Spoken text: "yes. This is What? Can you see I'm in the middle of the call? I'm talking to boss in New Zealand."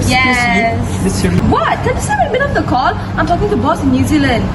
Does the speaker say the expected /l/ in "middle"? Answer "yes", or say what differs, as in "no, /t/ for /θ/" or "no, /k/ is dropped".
no, /n/ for /l/